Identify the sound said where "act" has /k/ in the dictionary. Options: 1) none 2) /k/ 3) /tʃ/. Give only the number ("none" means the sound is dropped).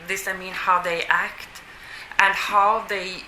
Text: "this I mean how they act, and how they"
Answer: 2